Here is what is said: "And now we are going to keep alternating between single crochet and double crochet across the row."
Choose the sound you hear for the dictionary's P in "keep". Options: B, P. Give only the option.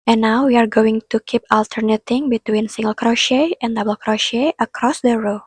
P